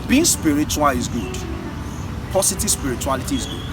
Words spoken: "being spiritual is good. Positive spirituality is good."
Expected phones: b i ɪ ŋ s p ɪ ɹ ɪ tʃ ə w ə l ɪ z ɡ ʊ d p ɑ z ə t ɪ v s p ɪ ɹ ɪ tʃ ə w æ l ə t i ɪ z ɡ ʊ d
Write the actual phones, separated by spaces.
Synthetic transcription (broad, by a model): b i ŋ s p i ɹ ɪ tʃ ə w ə l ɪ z ɡ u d p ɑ s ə t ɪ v s p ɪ ɹ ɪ tʃ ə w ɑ l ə t i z ɡ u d